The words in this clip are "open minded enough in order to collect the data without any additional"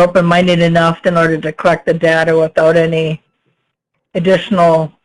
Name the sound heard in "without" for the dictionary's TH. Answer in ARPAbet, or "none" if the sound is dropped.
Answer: TH